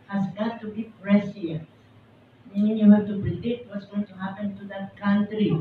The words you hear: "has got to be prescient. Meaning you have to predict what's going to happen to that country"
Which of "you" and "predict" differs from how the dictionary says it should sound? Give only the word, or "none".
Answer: predict